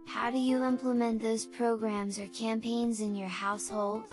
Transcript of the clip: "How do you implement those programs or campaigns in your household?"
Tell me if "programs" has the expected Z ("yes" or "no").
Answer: yes